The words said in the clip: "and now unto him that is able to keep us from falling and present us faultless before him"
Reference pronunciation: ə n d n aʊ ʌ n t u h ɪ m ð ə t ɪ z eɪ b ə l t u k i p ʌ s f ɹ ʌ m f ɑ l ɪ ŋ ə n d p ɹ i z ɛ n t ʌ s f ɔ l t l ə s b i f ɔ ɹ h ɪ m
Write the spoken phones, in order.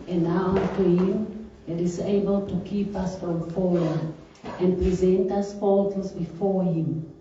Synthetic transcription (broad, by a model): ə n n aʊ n t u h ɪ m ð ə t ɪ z eɪ b ə l t u k i p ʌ s f ɹ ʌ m f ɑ w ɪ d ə n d p ɹ i z ɛ n t ʌ s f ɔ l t ə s b i f ɔ ɹ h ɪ m